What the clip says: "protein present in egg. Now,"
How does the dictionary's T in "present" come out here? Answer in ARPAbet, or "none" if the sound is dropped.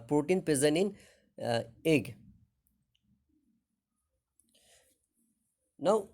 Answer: none